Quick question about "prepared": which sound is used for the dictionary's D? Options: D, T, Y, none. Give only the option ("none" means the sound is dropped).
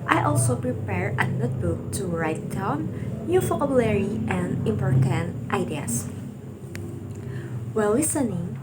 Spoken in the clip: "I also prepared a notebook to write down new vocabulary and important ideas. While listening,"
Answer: none